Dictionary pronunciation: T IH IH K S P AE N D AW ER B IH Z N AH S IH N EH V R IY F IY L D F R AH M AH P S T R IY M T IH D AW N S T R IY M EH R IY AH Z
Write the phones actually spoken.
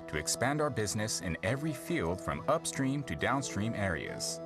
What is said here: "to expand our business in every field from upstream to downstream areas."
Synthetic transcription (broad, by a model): T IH IH K S P AE N D AW ER B IH Z N AH S IH N EH V R IY F IY L D F R AH M AH P S T R IY M T IH D AW N S T R IY M EH R IY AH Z